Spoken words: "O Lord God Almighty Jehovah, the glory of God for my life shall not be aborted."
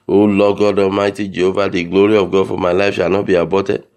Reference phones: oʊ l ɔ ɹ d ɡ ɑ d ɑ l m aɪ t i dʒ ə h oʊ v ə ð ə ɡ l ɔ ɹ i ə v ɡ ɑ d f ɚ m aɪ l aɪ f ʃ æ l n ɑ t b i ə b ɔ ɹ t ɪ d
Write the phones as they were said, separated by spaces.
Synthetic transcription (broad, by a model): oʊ l ɔ ɡ ɑ d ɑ m aɪ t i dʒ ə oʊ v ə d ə ɡ l ɔ ɹ i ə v ɡ ɑ d f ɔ m aɪ l aɪ f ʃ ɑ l n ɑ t b i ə b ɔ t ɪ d